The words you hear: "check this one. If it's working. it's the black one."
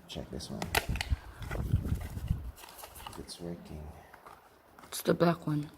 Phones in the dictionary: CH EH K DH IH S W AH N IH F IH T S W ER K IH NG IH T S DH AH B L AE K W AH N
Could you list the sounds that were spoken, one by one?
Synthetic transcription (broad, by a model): CH EH K DH IH S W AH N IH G IH T S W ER K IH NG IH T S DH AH B AE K W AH N